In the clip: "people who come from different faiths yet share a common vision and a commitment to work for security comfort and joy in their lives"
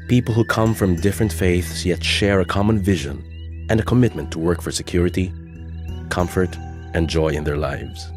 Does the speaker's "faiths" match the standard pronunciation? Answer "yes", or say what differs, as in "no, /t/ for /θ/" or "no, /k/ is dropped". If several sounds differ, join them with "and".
yes